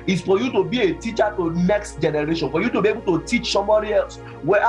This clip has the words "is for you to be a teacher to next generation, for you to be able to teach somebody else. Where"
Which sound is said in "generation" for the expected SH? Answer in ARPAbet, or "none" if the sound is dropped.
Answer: SH